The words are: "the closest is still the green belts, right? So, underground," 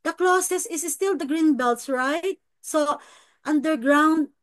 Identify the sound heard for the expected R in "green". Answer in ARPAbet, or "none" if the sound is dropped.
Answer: R